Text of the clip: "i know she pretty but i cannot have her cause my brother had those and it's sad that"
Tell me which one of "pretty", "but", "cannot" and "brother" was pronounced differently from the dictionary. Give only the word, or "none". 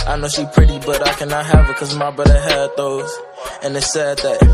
brother